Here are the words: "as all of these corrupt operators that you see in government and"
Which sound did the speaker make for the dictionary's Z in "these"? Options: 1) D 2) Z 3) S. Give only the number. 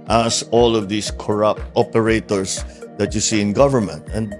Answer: 3